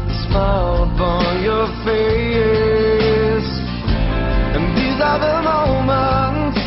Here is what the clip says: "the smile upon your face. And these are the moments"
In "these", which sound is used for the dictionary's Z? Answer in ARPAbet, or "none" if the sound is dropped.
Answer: Z